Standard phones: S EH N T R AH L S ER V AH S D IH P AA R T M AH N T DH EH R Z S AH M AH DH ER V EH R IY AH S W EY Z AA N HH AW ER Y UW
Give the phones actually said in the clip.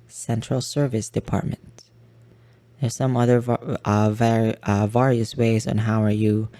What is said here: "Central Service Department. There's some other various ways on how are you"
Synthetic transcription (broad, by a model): S EH N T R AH L S ER V AH S D IH P AA R T M AH N T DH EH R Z S AH M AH DH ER V EH R IY AH S W EY Z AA N HH AW ER Y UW